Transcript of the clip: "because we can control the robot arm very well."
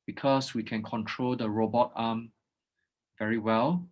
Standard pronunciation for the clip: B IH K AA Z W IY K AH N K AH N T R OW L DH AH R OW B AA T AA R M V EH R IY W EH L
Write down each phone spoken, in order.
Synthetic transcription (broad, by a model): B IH K AA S W IY K AH N K AH N T R OW L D AH R OW B AA T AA M V EH R IY W EH L